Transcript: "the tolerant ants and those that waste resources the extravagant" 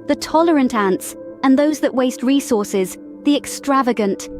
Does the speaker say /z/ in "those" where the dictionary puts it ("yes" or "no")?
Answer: yes